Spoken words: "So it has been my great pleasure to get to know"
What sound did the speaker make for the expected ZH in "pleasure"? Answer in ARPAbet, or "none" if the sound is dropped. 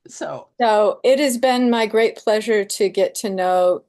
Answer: ZH